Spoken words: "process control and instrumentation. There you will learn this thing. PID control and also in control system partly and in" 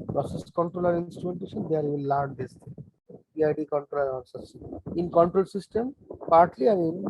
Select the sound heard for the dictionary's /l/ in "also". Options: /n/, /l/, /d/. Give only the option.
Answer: /n/